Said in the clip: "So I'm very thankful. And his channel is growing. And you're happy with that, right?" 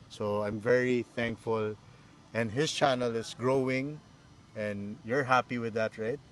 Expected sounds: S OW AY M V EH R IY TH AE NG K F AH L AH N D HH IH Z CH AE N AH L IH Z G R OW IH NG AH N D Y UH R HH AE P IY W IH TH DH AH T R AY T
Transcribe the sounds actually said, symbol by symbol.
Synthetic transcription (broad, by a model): S OW AY M V EH R IY TH AE NG K F AH L AH N D HH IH S CH AE N AH L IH S G R OW IH NG AH N D Y UH R HH AE P IY W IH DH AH T R AY T